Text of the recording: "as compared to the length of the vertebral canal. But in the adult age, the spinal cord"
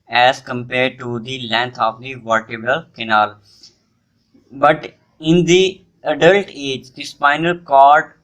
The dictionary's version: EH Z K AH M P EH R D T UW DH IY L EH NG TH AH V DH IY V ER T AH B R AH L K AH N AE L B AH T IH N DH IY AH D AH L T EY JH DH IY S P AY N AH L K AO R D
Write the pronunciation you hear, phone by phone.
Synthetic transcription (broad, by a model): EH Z K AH M P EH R D T UW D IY L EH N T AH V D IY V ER T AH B AH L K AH N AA L B AH T IH N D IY AH D AH L T EY JH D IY S P AY N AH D K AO R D